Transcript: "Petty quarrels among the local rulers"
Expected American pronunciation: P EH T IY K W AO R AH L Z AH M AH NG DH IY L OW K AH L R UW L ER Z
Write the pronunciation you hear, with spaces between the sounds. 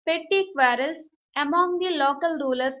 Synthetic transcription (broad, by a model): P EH T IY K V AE R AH L S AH M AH NG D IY L OW K AH L R UW L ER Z